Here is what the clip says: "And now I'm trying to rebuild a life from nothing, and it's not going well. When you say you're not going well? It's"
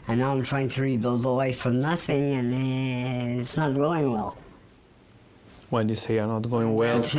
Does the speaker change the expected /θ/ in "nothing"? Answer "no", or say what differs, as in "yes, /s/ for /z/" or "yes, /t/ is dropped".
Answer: no